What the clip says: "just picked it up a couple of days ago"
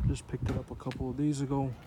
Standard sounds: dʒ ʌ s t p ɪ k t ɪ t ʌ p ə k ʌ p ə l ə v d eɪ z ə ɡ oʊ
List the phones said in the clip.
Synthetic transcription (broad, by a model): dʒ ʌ s p ɪ k t ɪ t ʌ p ə k ʌ p l ə v d eɪ z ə ɡ oʊ